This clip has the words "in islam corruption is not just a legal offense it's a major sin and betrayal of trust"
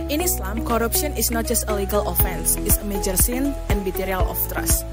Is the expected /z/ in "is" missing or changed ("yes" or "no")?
yes